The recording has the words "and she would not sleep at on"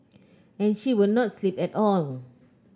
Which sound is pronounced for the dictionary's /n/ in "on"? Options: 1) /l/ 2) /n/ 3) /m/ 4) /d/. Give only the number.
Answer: 1